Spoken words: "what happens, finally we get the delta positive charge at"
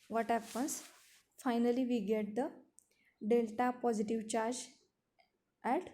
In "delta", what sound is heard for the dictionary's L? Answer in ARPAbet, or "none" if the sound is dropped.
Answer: L